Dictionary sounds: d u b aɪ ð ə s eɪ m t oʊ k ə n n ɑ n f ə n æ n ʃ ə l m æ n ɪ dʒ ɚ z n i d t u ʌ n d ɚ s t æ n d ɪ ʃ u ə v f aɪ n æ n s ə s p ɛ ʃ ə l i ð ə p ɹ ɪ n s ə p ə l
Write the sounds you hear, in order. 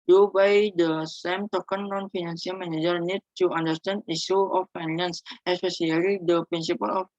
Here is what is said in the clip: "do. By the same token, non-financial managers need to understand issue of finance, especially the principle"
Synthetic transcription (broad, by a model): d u b aɪ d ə s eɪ m t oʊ k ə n n ɑ n f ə n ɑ n s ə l m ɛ n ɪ dʒ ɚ n i d t u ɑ n d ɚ s t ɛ n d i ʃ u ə f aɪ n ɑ n s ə s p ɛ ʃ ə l i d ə p ɹ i n s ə p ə l